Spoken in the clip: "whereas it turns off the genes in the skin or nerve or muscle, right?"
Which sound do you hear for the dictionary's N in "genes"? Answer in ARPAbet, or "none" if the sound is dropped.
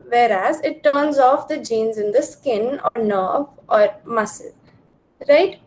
N